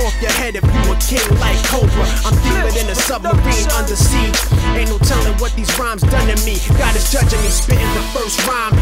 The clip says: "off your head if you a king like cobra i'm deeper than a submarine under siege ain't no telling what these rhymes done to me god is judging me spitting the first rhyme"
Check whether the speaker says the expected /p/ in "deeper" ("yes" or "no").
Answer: no